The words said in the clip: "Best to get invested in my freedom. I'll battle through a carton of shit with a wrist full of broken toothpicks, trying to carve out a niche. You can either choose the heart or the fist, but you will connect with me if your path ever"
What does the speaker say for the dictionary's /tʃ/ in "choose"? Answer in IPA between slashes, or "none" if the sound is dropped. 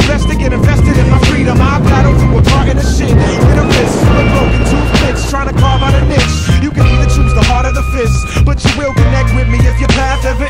/tʃ/